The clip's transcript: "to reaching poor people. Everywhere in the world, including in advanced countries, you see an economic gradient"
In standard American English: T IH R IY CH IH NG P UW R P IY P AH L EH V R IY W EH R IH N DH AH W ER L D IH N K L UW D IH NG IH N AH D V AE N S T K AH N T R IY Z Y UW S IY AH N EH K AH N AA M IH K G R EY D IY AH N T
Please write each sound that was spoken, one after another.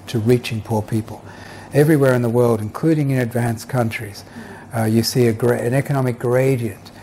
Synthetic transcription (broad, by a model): T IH R IY CH IH NG P UW R P IY P AH L EH V R IY W EH R IH N DH AH W ER L D IH N K L UW D IH NG IH N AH D V AE N S K AH N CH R IY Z Y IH S IY AH N EH K AH N AA M IH K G R EY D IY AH N T